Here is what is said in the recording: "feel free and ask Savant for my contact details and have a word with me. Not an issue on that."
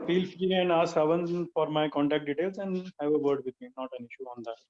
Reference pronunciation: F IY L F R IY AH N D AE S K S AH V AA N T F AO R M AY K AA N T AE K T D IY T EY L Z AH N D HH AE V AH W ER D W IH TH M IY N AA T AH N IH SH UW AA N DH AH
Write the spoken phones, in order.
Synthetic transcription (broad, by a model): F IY L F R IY AH N D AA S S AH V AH N F AO R M AY K AA N T AE K T D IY T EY L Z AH N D HH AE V AH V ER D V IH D M IY N AA T AH N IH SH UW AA N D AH